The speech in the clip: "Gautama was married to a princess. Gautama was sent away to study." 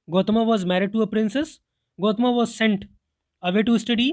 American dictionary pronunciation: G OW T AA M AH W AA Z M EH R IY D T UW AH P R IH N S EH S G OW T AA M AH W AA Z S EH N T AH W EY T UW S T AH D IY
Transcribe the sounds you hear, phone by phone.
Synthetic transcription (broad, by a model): G OW T M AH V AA Z M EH R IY D T UW AH P R IH N S EH S G OW T M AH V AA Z S EH N T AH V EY T UW S T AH D IY